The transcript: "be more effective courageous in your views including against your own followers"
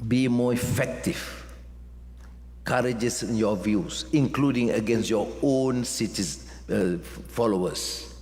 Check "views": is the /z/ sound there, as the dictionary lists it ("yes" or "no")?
no